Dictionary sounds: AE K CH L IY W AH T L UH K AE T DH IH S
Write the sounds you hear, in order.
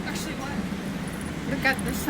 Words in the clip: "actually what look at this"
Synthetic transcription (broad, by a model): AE K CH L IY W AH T W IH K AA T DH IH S